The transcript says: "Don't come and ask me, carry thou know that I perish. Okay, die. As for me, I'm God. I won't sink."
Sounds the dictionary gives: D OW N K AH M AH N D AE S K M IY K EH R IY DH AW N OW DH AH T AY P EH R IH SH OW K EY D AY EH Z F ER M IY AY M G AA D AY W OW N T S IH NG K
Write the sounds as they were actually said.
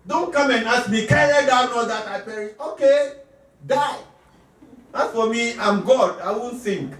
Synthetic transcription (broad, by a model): D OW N K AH M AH N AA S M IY K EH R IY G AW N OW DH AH T AY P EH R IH OW K EY D AY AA S F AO M IY AY M G AA D AY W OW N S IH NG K